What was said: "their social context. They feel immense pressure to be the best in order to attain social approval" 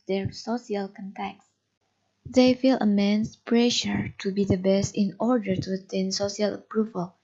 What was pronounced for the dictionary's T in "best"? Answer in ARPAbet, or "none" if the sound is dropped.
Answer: T